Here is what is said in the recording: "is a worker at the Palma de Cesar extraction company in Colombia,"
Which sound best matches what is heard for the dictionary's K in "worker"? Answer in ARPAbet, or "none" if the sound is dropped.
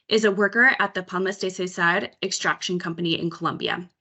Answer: K